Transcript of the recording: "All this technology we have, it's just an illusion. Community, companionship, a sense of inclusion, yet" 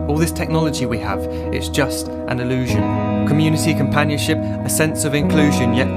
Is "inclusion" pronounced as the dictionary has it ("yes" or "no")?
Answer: yes